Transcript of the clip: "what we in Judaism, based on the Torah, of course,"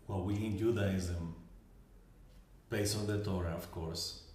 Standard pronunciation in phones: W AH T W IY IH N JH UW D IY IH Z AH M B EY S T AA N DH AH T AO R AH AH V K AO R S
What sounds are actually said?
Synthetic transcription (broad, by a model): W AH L W IY IH N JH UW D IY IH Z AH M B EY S AA N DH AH T AO R AH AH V K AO R S